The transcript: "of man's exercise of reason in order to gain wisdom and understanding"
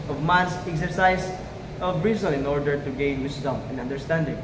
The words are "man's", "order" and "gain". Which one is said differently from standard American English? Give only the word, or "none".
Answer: man's